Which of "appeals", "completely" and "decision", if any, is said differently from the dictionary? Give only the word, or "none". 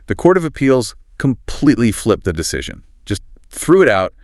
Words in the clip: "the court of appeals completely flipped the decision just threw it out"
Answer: none